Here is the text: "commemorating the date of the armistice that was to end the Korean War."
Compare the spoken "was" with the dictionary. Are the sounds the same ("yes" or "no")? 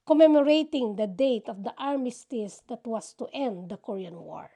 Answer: no